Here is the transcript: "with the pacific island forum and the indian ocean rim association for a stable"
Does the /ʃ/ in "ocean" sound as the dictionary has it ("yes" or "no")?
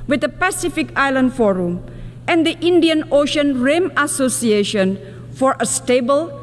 yes